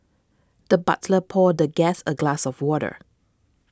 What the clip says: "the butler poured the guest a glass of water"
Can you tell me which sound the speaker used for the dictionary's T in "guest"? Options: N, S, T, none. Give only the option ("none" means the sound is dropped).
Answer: none